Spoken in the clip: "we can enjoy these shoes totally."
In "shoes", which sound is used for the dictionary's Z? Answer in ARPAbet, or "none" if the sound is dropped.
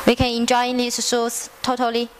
S